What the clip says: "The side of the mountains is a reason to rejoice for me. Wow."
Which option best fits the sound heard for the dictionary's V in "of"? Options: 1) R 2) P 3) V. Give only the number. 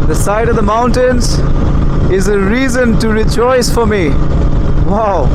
3